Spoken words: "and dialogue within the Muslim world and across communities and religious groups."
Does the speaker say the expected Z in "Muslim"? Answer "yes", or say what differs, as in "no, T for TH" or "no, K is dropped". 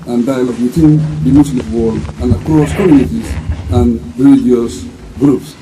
no, S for Z